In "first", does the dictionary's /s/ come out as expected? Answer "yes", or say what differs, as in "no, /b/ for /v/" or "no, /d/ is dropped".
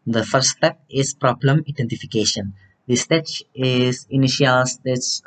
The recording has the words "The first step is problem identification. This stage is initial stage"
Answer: no, /s/ is dropped